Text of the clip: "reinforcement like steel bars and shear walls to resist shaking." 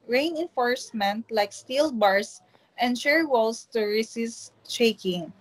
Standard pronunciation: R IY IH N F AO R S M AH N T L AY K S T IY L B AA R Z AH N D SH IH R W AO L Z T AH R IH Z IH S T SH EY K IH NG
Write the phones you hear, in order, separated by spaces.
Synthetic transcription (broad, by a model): R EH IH N F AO R S M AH N T L AY K S T IY L B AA R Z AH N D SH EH R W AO L S T AH R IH S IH S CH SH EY K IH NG